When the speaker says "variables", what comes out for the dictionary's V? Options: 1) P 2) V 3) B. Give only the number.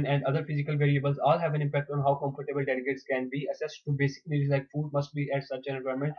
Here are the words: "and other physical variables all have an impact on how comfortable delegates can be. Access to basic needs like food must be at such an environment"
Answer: 2